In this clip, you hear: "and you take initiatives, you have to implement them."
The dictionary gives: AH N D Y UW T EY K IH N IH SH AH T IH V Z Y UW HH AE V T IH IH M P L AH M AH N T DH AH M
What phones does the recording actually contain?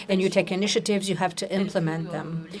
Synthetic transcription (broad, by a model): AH N Y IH T EY K IH N IH SH AH T IH V Z Y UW HH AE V T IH IH M P L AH M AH N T DH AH M